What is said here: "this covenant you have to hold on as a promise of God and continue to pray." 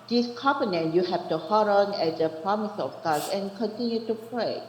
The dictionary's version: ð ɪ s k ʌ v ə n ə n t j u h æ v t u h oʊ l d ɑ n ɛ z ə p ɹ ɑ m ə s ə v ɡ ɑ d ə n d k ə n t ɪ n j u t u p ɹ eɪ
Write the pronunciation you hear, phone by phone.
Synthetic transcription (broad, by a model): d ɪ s k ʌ p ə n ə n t j u h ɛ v t u h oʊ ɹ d ɑ n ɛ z ə p ɹ ɑ m ə s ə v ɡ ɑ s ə n k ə n t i n j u t u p ɹ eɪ